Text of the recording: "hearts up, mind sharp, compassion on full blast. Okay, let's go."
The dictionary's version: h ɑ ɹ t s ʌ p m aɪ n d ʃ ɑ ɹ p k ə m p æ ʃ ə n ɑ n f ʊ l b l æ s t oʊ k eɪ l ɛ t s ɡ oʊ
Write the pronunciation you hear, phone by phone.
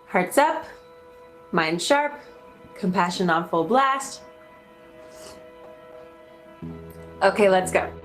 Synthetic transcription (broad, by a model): h ɑ ɹ t s ʌ p m aɪ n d ʃ ɑ ɹ p k ə m p æ ʃ ə n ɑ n f ʊ l b l æ s t oʊ k eɪ l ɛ t s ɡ oʊ